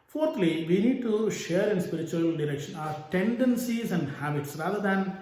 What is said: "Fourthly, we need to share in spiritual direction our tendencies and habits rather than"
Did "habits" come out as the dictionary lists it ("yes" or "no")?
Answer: yes